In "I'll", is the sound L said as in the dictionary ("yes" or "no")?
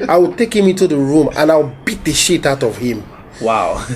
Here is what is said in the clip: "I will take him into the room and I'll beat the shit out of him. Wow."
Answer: no